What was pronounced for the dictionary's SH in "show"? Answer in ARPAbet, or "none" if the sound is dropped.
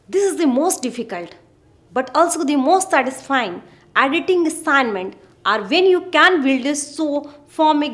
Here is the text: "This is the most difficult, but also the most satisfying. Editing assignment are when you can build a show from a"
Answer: S